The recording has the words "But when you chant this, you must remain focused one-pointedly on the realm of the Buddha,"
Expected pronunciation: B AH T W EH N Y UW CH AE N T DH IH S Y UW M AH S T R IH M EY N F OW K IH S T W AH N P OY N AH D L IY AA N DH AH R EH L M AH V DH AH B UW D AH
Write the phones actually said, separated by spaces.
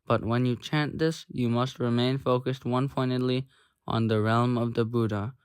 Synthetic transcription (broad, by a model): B AH T W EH N Y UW CH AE N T DH IH S Y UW M AH S T R IH M EY N F OW K IH S T W AH N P OY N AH D L IY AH N DH AH R EH L M AH V DH AH B UW D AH